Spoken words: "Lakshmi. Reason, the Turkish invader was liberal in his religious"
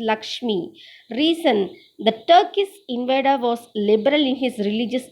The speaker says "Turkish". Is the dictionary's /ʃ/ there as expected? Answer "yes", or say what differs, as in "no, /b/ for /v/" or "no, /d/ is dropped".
no, /s/ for /ʃ/